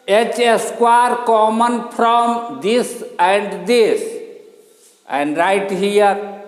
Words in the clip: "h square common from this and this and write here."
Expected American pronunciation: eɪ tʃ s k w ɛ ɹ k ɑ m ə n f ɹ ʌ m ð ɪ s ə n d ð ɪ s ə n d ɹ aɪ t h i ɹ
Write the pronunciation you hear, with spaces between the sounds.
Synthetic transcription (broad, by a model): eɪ tʃ s k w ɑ ɹ k ɑ m ə n p ɹ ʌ m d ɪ s ə n d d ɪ s ə n d ɹ aɪ t h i ɹ